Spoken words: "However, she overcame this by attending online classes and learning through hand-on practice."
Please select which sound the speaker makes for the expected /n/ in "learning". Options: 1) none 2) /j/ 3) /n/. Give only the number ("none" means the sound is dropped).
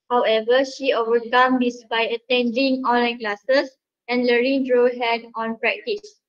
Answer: 1